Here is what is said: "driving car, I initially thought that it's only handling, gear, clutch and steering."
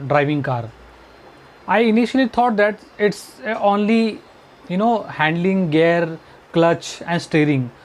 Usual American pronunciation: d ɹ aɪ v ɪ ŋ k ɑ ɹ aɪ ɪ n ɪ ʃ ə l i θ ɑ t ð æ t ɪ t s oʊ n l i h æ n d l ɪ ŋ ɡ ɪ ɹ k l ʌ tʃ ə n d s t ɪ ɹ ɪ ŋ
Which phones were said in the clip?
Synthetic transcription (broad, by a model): d ɹ aɪ v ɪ ŋ k ɑ ɹ aɪ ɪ n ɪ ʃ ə l i t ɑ t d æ t ɪ t s oʊ n l i h æ n d l ɪ ŋ ɡ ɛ ɹ k l ʌ tʃ ə n d s t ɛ ɹ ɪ ŋ